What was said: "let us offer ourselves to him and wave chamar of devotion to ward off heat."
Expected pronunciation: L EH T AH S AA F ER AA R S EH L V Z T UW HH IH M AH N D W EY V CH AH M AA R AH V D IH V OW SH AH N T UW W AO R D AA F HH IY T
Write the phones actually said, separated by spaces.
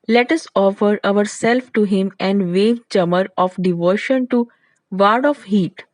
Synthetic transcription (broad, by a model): L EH T AH S AA F ER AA R S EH L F T UW HH IH M AH N D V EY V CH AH M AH R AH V D IH V OW SH AH N T UW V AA R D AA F HH IY T